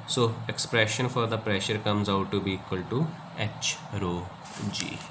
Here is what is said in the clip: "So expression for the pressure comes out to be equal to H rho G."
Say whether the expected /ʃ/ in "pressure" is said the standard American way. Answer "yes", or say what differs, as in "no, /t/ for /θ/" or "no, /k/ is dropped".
yes